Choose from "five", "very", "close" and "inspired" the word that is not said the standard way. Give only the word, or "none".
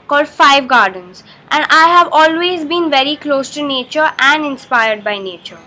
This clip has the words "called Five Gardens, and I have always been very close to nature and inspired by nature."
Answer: none